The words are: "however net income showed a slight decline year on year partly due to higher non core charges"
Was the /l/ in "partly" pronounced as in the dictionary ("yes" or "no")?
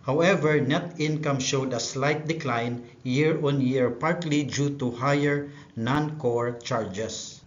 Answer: yes